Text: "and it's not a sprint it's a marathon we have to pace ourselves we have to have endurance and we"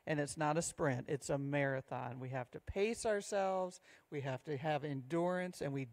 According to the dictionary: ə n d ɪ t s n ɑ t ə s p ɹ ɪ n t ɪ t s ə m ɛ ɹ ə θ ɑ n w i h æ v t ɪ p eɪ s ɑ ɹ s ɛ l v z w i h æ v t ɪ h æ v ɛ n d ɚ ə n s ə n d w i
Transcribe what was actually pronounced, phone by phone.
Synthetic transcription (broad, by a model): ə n ɪ t s n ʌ t ə s p ɹ ɪ n t ɪ t s ə m ɛ ɹ ə θ ɑ n w i h æ f t ɪ p eɪ s ɑ ɹ s ɛ l v z w i h æ f t ɪ v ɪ n d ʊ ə n s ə n w i